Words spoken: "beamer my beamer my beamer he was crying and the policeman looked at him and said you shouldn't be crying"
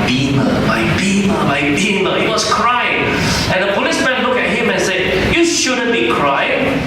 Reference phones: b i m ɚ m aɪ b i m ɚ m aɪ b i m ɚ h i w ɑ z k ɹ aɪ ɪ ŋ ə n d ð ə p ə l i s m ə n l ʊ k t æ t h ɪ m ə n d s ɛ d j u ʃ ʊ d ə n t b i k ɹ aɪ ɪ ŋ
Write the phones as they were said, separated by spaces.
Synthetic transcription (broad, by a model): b i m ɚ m aɪ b i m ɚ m aɪ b i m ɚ h i w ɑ s k ɹ aɪ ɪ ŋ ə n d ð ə p ə l i s m ə n l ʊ k ɛ t h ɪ m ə n s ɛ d j u ʃ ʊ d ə n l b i k ɹ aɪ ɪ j